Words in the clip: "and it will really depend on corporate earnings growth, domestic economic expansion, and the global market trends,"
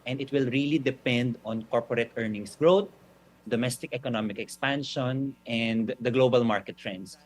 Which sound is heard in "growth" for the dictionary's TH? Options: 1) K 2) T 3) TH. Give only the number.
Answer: 2